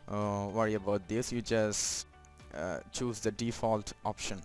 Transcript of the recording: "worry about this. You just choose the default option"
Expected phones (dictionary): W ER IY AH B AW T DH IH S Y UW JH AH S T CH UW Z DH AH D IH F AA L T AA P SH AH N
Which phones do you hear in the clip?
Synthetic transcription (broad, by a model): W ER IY AH B AW T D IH S Y UW JH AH S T CH UW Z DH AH D IH F AA L T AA P SH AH N